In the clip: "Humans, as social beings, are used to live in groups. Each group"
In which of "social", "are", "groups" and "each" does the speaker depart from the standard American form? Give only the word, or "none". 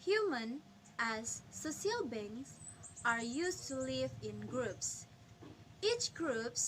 social